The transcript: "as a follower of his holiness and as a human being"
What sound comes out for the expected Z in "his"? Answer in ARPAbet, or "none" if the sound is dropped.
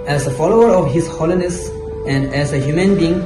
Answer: S